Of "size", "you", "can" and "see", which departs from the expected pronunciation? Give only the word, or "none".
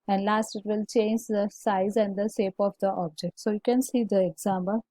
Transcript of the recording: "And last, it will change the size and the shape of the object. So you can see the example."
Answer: none